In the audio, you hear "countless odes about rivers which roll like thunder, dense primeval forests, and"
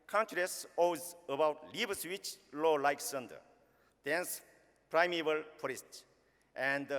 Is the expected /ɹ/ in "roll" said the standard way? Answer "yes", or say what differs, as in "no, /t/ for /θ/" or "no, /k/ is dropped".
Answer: no, /l/ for /ɹ/